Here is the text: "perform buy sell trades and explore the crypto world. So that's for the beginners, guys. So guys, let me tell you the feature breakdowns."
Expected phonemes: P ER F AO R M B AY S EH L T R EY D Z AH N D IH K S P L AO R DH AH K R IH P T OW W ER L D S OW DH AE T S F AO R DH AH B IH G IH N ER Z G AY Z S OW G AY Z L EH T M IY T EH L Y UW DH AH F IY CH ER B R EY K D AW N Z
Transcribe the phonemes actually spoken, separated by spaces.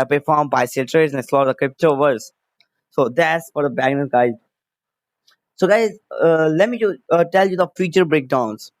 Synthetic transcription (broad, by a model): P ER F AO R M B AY S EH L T R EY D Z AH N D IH S L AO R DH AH K R IH P T OW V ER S S OW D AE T S F AO R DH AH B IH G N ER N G AY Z S OW G AY Z L EH T M IY T EH L Y UW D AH F IY CH ER B R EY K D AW N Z